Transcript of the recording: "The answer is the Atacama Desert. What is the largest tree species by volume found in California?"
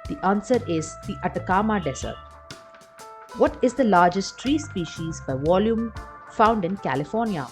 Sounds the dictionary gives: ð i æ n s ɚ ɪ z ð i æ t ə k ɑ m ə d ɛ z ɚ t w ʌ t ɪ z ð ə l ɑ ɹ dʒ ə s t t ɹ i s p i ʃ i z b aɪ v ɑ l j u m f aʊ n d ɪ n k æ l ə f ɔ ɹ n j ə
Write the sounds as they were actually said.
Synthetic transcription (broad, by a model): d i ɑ n s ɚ ɪ z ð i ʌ t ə k ɑ m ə d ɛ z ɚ t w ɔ t ɪ z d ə l ɑ ɹ dʒ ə s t t ɹ i s p i ʃ i z b aɪ v ɑ l j u m f aʊ n d ɪ n k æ l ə f ɔ ɹ n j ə